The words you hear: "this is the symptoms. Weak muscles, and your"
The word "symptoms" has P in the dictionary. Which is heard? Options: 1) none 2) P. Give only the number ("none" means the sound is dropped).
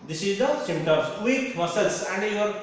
1